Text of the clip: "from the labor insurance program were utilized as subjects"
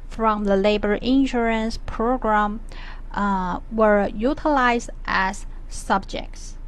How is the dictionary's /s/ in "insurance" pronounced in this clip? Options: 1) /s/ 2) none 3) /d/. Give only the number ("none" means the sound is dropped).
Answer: 1